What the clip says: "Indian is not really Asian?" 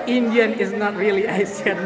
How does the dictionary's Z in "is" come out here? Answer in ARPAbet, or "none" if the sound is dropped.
Z